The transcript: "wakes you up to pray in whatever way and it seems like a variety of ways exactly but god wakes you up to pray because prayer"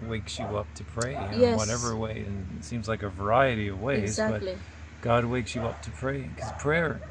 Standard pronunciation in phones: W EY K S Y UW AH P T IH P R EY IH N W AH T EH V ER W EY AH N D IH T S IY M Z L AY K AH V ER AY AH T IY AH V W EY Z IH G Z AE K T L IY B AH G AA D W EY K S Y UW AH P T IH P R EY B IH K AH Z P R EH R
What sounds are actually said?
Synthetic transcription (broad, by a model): W EY K S Y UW AH P T IH P R EY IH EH W AH T EH V ER W EY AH N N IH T S IY M Z L AY K AH V ER AY AH T IY AH V W EY IH Z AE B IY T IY G AA D W EY K S Y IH AH P T IH P R EY IH K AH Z P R EH R